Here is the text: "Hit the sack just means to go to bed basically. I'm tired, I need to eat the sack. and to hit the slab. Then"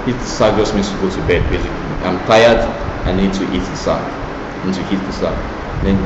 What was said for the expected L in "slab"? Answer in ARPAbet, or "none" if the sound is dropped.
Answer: none